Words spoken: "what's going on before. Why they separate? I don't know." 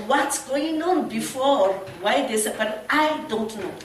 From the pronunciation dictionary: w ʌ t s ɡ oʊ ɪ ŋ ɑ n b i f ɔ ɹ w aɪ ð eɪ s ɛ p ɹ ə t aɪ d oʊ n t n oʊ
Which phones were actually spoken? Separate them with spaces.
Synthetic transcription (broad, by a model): w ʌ t s ɡ oʊ ɪ ŋ ɑ n b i f ɔ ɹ w aɪ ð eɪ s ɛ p ə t aɪ d oʊ n t n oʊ